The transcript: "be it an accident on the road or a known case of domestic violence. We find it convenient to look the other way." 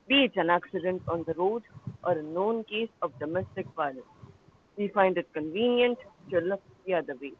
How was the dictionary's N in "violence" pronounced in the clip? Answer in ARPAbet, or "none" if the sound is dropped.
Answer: none